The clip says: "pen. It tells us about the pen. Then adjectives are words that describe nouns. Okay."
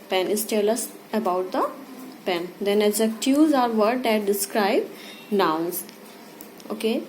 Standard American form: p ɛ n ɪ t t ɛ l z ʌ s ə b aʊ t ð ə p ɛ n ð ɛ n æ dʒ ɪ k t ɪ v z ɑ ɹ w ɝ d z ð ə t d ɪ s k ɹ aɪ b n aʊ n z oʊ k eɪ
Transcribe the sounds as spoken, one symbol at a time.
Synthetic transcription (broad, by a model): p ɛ n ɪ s t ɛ l ʌ s ə b aʊ t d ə p ɛ n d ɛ n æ z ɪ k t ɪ z ɑ ɹ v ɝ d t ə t d ɪ s k ɹ aɪ b n aʊ n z oʊ k eɪ